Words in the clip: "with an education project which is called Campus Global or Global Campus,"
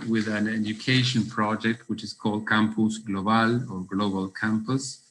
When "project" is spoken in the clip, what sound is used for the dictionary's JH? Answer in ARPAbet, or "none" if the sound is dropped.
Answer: JH